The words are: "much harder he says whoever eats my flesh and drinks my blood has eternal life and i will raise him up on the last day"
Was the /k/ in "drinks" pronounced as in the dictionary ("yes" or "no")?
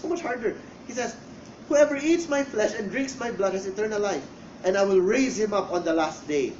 yes